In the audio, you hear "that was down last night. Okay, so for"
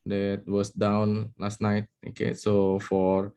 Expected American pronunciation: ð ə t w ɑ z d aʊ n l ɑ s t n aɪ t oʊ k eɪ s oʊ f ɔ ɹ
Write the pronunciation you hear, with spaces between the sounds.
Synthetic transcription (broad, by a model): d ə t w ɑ s d aʊ n l ɑ s t n aɪ t oʊ k eɪ s oʊ f ɔ ɹ